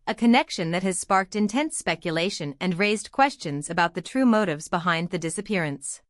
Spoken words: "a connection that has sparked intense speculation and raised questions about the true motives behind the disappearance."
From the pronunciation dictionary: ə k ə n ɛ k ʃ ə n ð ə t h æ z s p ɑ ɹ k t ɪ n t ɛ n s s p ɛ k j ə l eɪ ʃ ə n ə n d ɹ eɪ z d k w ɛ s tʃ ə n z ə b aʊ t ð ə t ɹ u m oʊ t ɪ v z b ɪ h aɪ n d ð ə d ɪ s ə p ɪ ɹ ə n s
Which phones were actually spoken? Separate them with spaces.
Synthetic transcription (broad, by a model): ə k ə n ɛ k ʃ ə n ð ə t h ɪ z s p ɑ ɹ k t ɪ n t ɛ n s s p ɛ k j ə l eɪ ʃ ə n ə n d ɹ eɪ z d k w ɛ s tʃ ə n z ə b aʊ t ð ə t ɹ u m oʊ t ɪ v z b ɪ h aɪ n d ð ə d ɪ s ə p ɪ ɹ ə n s